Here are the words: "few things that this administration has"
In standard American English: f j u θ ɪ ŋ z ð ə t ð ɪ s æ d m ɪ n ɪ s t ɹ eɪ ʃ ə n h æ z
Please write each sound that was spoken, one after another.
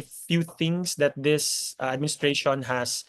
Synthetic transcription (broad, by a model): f j u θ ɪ ŋ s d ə t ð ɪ s æ d m ɪ n ɪ s t ɹ eɪ ʃ ə n h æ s